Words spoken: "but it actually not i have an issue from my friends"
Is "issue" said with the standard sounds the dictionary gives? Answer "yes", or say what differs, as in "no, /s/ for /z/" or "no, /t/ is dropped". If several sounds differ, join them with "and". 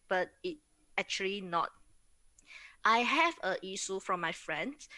no, /s/ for /ʃ/